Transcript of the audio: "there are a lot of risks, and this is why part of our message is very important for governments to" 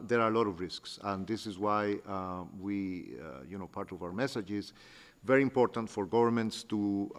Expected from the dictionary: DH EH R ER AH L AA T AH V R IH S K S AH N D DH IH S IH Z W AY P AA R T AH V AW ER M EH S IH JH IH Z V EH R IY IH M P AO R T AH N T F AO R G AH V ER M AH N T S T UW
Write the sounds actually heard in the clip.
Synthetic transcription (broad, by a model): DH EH R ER AH L AA T AH V R IH S K S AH N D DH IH S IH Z W AY P AA R T AH V AW ER M EH S IH JH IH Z V EH R IY IH M P AO R T AH N T F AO R G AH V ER M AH N T S T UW